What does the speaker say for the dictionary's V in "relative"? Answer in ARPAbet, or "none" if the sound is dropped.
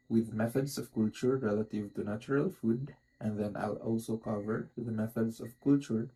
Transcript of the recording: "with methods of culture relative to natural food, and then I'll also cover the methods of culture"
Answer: V